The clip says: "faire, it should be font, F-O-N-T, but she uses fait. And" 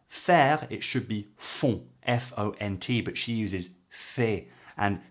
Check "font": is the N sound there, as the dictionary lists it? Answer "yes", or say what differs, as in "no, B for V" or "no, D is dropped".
no, N is dropped